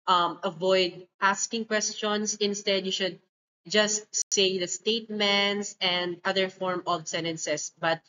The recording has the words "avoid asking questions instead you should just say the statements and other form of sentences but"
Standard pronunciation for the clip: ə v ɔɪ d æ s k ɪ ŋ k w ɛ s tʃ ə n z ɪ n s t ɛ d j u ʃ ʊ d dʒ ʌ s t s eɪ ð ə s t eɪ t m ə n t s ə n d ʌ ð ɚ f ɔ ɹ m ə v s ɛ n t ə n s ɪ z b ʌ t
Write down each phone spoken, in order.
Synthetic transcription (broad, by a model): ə v ɔɪ d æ s k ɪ ŋ k w ɛ s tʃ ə n s ɪ n s t ɛ d j u ʃ ʊ d dʒ ʌ s t s eɪ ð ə s t eɪ t m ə n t s ə n d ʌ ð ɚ f ɔ ɹ m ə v s ɛ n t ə n s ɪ s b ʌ t